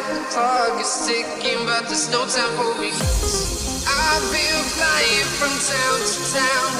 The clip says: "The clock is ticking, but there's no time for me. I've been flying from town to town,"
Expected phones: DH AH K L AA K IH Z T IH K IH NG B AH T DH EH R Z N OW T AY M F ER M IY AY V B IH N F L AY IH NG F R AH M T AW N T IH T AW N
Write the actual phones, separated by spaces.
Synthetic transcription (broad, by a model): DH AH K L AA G IH Z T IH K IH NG B AH T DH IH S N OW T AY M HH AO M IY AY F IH L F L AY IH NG F R AH M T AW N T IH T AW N